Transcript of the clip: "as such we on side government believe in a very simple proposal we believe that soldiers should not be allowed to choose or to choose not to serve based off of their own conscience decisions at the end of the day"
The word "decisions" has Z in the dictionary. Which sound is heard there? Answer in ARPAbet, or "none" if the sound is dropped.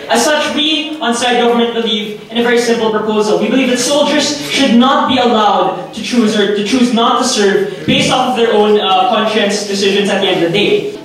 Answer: Z